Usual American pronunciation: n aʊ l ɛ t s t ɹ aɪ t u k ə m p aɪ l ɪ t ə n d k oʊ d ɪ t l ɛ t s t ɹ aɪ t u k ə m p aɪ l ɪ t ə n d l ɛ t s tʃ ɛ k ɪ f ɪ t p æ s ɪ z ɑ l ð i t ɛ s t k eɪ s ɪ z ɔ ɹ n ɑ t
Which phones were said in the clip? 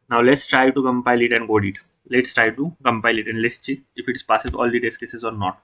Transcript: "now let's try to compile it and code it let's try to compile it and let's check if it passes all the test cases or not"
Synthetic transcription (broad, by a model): n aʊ l ɛ t s t ɹ aɪ t u k ə m p aɪ l ɪ t ə n d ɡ oʊ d ɪ t l ɛ t s t ɹ aɪ t u k ə m p aɪ l ɪ t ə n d l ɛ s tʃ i ɪ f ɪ t p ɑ s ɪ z ɑ l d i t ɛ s k eɪ s ɪ z ɔ ɹ n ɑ t